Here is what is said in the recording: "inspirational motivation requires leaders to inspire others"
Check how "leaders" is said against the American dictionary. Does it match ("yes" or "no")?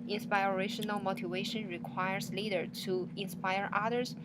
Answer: no